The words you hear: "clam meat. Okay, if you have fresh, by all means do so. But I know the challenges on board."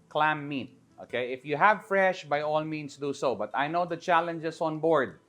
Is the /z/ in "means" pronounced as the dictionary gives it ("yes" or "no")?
no